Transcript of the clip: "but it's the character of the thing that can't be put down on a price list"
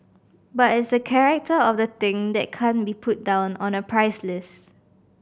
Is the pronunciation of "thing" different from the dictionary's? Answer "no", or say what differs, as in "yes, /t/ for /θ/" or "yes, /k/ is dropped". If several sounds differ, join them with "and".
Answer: yes, /t/ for /θ/